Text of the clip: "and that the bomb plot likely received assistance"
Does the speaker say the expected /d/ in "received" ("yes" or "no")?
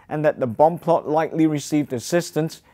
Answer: yes